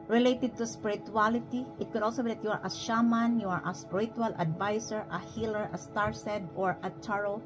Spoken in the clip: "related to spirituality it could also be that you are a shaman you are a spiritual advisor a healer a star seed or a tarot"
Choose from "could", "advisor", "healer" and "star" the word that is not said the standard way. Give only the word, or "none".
advisor